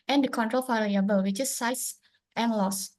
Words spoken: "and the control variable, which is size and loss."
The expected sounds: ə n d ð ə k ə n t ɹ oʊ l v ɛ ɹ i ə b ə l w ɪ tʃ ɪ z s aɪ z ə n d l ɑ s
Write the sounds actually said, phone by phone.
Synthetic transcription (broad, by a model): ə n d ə k ə n t ɹ oʊ l f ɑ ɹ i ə b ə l w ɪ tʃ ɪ s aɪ s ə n l ɑ s